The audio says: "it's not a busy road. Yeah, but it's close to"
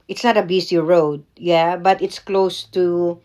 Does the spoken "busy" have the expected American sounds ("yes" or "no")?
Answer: no